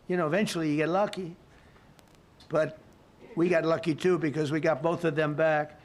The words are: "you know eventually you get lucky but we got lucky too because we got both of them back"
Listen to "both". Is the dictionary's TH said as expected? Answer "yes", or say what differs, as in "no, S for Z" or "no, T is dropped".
yes